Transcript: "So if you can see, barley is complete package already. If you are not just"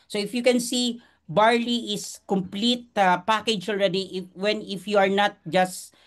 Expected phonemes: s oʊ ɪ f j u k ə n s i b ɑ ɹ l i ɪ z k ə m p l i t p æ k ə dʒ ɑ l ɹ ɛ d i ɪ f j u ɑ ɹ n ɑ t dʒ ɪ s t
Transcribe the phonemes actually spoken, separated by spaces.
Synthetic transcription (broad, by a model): s oʊ ɪ f j u k ə n s i b ɑ ɹ l i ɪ s k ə m p l i t p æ k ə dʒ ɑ l ɹ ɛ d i ɪ f j u ɑ ɹ n ɑ t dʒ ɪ s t